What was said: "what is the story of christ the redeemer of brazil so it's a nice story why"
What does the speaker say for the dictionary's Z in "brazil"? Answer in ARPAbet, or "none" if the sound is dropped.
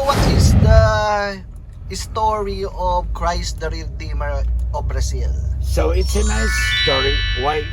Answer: S